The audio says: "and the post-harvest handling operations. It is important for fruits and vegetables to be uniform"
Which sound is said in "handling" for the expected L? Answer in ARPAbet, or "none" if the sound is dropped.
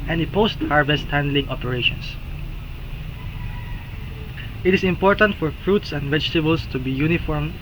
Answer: L